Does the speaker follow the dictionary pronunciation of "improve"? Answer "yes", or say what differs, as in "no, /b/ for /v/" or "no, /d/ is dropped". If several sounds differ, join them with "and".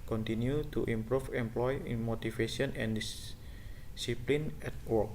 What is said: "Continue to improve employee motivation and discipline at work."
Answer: no, /f/ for /v/